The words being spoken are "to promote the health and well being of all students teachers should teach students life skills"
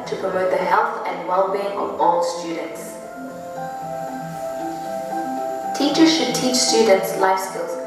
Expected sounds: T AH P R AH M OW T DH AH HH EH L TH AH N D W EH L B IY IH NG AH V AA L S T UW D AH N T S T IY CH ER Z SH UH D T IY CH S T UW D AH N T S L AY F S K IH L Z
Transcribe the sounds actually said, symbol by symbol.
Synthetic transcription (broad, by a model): T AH P R AH M OW T DH AH HH EH L TH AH N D W EH L B IY IH NG AH V AA L S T UW D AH N T S T IY CH ER Z SH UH D T IY CH S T UW D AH N T S L AY F S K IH L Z